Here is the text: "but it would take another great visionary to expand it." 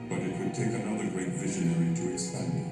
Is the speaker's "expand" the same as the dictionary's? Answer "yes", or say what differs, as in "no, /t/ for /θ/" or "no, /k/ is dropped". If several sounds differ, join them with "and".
no, /k/ is dropped